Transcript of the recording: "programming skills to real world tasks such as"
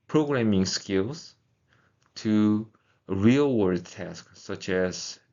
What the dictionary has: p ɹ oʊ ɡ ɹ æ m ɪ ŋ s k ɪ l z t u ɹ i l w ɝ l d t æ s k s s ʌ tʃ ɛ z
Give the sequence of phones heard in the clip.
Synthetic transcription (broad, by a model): p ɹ oʊ ɡ ɹ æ m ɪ ŋ s k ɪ l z t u ɹ i l w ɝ d t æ s k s s ʌ tʃ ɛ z